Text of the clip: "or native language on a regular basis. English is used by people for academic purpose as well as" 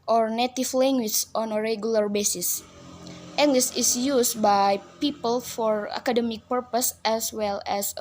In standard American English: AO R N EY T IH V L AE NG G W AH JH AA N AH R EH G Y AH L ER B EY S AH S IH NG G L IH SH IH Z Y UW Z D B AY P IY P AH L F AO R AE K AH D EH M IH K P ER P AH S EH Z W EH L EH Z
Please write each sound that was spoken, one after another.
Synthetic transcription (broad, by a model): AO R N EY T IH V L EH NG G W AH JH AA N AH R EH G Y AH L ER B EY S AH S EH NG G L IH S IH S Y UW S B AY P IY P AH L F AO R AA K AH D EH M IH K P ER P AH S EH S W EH L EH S